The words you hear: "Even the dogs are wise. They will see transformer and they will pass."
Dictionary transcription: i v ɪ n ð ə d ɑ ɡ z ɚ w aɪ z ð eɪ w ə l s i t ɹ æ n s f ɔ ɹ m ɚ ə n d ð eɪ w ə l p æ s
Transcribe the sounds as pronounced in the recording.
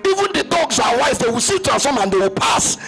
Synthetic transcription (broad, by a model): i v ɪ n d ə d ɑ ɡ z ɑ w aɪ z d eɪ w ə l s i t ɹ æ s ɔ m ə n d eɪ w ə l p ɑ s